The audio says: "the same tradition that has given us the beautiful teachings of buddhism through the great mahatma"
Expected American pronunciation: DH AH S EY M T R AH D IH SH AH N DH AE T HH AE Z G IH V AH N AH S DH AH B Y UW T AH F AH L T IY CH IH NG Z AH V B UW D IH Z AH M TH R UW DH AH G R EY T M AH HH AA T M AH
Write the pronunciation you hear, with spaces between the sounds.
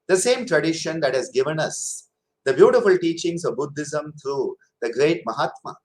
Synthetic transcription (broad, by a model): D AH S EY M T R AH D IH SH AH N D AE T HH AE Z G IH V AH N AH S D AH B Y UW T AH F AH L T IY CH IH NG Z AH V B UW D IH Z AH M T R UW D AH G R EY T M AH HH AA T M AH